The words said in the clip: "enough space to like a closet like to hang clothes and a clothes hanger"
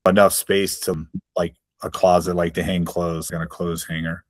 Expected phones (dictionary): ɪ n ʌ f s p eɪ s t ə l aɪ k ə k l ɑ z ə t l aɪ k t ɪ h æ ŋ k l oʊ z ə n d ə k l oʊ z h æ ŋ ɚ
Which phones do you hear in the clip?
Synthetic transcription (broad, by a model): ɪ n ʌ f s p eɪ s t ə l aɪ k ə k l ɑ z ə t l aɪ k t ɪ h æ ŋ k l oʊ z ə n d ə k l oʊ z h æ ŋ ɚ